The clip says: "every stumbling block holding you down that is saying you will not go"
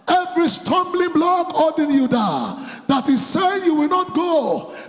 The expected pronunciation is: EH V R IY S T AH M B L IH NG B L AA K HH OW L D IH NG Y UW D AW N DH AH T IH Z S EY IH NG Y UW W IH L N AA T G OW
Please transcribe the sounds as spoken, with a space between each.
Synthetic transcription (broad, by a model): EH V R IY S T AH M B L IH NG B L AA K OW D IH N Y UW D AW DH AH T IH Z S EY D Y UW W IH L N AA T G OW